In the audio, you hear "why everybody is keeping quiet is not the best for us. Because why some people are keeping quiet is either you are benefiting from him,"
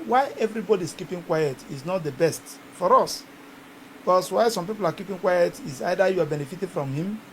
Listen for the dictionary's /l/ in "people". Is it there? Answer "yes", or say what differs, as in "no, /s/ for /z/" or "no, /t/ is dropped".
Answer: yes